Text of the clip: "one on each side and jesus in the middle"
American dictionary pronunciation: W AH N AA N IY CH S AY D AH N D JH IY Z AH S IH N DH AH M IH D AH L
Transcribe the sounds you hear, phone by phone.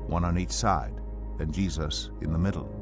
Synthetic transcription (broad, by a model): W AH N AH N IY CH S AY D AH N JH IY Z AH S IH N DH AH M IH D L